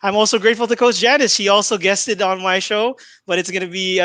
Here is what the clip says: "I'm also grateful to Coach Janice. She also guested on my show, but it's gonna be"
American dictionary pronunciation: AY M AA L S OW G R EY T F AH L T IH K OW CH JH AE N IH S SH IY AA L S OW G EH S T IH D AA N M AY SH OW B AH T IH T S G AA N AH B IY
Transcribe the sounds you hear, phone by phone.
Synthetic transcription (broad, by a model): AY M AA L S OW G R EY T F L T IH K OW S JH AE N IH S SH IY AA L S OW G EH S T IH D N M AY SH OW B AH T IH T S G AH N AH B IY